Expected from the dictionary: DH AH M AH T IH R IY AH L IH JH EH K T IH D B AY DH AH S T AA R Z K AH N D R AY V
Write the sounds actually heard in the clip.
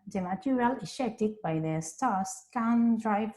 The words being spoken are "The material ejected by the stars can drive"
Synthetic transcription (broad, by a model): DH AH M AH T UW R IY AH L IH SH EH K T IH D B AY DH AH S T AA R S K AH N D R AY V